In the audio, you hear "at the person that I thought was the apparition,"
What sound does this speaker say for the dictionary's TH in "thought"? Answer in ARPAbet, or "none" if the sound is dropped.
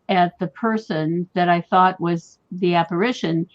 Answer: TH